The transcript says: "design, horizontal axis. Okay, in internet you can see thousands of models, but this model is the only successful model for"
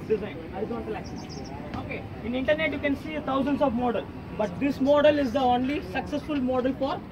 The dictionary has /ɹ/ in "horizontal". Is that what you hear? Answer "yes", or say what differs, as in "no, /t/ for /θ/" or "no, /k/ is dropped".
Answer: no, /ɹ/ is dropped